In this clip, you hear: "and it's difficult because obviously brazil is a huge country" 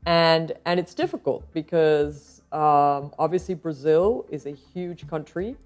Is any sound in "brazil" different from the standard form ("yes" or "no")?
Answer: no